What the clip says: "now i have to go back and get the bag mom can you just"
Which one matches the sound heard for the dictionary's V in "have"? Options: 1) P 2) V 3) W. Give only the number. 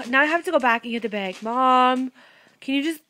1